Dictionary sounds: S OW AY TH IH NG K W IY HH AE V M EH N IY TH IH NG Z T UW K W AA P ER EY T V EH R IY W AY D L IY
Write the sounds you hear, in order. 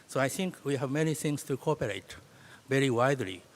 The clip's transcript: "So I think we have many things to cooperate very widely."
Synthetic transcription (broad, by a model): S OW AY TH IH NG K W IY HH AE V M EH N IY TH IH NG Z T UW K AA P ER EY T V EH R IY W AY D L IY